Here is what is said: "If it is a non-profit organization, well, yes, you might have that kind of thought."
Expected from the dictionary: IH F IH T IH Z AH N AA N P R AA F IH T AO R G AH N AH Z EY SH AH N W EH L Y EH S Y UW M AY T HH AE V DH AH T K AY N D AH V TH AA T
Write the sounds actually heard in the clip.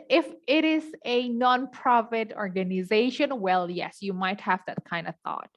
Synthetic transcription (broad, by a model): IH F IH T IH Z AH N AA N P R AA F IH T AO R G AH N AH Z EY SH AH N W EH L Y EH S Y UW M AY T HH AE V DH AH T K AY N D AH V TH AA T